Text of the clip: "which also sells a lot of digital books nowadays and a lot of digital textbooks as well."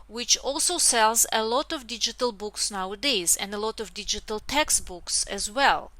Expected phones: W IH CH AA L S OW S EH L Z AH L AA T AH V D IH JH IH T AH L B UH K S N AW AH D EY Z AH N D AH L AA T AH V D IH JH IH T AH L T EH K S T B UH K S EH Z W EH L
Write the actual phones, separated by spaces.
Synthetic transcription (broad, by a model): W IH CH AA L S OW S EH L Z AH L AA T AH V D IH JH IH T AH L B UH K S N AW AH D EY Z AH N D AH L AA T AH V D IH JH IH T AH L T EH K S T B UH K S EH Z W EH L